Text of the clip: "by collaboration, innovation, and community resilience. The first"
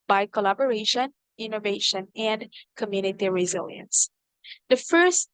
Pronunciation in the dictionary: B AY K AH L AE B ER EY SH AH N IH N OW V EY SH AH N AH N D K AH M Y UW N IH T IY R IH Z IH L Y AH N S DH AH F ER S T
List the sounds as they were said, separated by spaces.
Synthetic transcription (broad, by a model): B AY K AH L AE B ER EY SH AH N IH N OW V EY SH AH N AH N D K AH M Y UW N IH T IY R IH Z IH L Y AH N S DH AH F ER S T